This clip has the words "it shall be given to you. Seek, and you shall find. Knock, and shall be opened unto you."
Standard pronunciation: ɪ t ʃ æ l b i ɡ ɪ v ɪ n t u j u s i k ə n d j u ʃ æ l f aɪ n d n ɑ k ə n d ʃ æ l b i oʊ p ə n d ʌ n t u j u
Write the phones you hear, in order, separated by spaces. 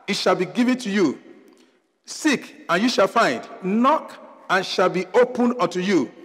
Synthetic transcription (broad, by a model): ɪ t ʃ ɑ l b i ɡ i v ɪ n t u j u s i k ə n j u ʃ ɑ l f aɪ n d n ɑ k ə n ʃ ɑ l b i oʊ p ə n ʌ n t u j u